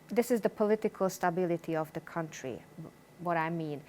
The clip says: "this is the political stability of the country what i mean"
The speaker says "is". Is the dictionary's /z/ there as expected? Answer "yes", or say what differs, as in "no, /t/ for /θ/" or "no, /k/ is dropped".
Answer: yes